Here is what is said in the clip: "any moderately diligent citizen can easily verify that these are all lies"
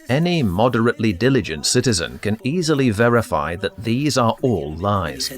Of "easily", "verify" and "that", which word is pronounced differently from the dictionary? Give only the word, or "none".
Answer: none